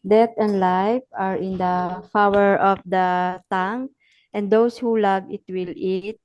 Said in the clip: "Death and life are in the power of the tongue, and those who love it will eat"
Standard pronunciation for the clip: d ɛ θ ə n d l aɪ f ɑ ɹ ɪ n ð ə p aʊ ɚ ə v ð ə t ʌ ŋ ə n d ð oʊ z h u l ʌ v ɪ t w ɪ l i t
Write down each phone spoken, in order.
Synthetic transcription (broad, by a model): d ɛ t ə n d l aɪ f ɑ ɹ ɪ n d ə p aʊ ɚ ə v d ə t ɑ ŋ ə n d oʊ s h u l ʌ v ɪ t w ɪ l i t